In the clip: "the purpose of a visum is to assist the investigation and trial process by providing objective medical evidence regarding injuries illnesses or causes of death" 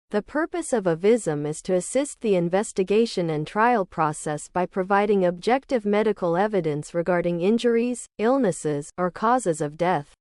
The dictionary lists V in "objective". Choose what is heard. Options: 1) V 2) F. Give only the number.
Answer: 1